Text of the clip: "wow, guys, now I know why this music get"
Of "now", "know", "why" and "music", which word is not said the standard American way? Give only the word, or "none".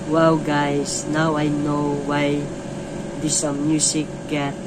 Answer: music